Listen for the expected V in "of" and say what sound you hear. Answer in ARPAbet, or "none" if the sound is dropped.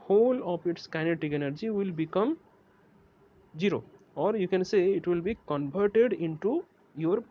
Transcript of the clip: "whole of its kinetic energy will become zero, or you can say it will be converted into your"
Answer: P